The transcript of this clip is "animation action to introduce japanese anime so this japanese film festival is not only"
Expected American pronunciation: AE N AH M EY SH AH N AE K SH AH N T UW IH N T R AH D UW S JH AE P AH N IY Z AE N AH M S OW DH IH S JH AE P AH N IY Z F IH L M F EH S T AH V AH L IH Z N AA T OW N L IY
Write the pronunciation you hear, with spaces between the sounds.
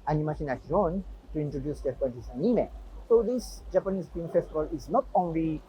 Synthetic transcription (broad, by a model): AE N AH M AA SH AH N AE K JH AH N T UW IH N T R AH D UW S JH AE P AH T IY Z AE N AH M S OW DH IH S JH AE P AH N IY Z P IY M F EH S T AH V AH L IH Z N AA T OW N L IY